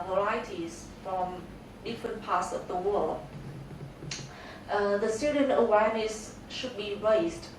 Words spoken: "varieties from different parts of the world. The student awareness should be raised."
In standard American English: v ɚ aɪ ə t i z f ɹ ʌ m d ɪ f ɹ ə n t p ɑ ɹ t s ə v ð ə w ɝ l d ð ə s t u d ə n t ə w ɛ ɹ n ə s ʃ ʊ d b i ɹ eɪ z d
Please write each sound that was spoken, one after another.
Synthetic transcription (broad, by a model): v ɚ aɪ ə t i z f ɹ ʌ m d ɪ f ɹ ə n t p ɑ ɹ t s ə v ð ə w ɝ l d ð ə s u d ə n ə w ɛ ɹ n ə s ʃ ʊ d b i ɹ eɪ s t